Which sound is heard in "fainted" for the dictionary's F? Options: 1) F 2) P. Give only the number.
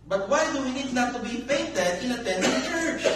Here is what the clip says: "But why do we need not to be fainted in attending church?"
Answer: 2